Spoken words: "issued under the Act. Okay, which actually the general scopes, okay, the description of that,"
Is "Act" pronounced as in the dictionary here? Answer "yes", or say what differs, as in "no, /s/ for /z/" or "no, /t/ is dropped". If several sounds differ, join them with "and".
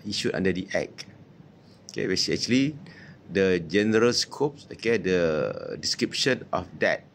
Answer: no, /t/ is dropped